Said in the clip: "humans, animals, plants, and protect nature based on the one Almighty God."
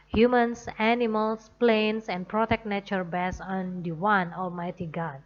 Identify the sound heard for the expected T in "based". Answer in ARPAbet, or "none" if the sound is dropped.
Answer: none